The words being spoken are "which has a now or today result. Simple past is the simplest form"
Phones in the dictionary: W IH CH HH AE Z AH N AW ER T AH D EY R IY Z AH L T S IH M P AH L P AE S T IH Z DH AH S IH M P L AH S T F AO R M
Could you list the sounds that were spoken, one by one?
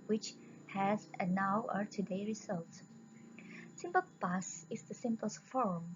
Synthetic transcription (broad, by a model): W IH CH HH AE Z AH N AW ER T AH D EY R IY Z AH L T S IH M P AH L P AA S IH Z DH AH S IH M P AH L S F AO R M